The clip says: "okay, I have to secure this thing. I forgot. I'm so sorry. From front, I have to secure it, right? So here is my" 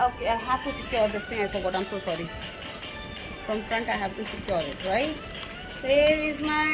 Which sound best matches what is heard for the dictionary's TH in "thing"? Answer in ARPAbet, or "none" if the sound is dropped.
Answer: T